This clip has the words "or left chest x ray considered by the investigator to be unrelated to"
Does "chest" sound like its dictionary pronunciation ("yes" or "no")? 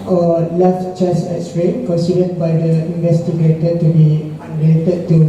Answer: no